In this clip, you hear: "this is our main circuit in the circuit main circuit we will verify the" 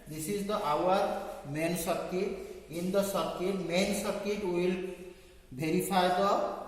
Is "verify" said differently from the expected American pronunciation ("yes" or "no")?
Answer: yes